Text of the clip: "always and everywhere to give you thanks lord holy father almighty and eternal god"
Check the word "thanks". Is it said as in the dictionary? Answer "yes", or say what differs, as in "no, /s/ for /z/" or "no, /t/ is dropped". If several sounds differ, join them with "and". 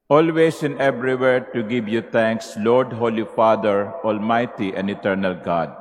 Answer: no, /t/ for /θ/